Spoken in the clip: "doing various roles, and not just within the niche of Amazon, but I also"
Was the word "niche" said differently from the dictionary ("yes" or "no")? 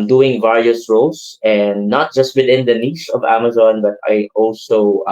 yes